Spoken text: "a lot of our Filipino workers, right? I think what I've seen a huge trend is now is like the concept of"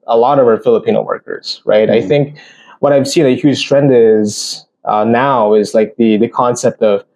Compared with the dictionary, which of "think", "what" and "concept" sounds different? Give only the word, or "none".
none